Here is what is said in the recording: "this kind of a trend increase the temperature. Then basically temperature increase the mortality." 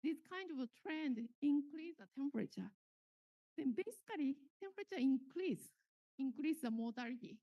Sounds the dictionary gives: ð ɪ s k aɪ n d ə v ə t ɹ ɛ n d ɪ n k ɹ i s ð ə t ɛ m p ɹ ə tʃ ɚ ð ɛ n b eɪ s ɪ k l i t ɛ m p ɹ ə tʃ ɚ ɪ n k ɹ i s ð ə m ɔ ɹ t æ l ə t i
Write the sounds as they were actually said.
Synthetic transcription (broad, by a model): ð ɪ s k aɪ n d ə v t ɹ ɛ n d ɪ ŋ k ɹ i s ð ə t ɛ m p ɹ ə tʃ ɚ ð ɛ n b eɪ s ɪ k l i t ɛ m p ɹ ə tʃ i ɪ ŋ k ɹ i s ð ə m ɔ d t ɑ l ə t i